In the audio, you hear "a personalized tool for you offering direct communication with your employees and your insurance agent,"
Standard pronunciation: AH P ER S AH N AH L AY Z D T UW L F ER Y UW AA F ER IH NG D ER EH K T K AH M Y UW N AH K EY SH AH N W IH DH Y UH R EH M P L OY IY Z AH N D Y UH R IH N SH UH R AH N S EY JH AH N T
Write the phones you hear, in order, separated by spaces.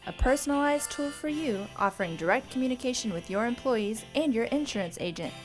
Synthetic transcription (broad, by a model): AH P ER S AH N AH L AY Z T UW L F ER Y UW AA F ER IH NG D ER EH K T K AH M Y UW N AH K EY SH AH N W IH DH Y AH R EH M P L OY IY Z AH N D Y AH R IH N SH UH R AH N S EY JH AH N T